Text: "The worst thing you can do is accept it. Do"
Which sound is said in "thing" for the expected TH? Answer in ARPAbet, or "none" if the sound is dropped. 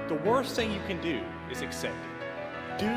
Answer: TH